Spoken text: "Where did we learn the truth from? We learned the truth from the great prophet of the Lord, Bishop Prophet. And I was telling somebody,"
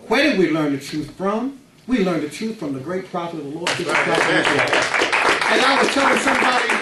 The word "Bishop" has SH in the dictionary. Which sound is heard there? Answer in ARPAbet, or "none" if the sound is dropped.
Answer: none